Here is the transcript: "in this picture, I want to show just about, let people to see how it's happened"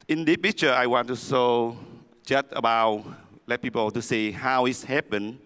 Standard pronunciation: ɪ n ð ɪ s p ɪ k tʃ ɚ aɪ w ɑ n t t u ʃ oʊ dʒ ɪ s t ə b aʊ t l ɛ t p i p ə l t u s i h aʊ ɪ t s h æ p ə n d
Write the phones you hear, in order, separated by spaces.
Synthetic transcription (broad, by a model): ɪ n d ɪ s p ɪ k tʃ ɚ aɪ w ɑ n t t u s oʊ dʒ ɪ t ə b aʊ t l ɛ t p i p ə l t u s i h aʊ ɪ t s h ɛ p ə n